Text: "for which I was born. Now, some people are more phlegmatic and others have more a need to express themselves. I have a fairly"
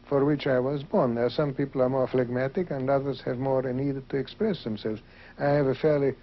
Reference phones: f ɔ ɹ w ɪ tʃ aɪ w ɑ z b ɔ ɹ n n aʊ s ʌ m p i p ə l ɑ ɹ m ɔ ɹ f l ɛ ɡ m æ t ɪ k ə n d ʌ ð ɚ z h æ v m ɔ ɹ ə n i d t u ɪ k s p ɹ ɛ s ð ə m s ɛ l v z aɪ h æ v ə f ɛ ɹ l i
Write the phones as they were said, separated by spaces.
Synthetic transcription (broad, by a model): f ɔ ɹ w ɪ tʃ aɪ w ɑ z b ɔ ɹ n n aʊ s ʌ m p i p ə l ɑ ɹ m ɔ ɹ f l ɛ ɡ m æ t ɪ k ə n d ʌ ð ɚ z h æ v m ɔ ɹ ə n i d t u ɪ k s p ɹ ɛ s ð ə m s ɛ l v z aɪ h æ v ə f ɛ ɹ l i